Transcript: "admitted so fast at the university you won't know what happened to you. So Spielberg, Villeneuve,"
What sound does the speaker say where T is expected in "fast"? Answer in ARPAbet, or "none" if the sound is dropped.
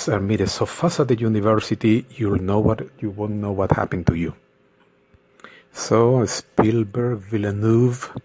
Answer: none